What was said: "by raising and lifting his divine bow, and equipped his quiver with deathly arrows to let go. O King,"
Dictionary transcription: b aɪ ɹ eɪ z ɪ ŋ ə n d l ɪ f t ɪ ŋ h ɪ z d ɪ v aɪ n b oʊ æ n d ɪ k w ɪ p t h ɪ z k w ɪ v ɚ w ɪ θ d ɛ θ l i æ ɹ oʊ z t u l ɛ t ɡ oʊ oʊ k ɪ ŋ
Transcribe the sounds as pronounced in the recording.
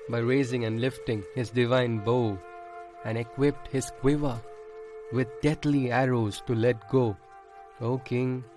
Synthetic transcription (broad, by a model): b aɪ ɹ eɪ z ɪ ŋ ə n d l ɪ f t ɪ ŋ h ɪ z d ɪ v aɪ n b oʊ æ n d ɪ k w ɪ p t h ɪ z k w ɪ v ɚ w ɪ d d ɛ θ l i æ ɹ oʊ z t u l ɛ t ɡ oʊ oʊ k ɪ ŋ